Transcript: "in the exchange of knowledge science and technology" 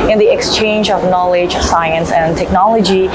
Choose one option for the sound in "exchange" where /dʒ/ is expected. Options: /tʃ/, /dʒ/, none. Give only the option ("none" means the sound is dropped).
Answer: /dʒ/